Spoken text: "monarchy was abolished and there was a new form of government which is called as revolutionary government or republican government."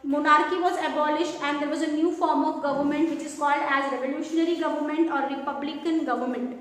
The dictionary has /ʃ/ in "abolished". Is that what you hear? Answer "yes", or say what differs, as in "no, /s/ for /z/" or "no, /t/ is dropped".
yes